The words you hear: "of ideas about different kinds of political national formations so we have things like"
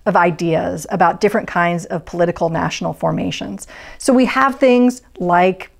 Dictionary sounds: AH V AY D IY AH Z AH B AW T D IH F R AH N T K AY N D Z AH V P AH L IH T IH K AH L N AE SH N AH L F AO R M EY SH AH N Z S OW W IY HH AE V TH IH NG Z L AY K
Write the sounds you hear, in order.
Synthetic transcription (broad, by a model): AH V AY D IY AH Z AH B AW T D IH F R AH N K AY N D Z AH V P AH L IH T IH K L N AE SH N L F AO R M EY SH AH N Z S OW W IY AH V TH IH NG Z L AY K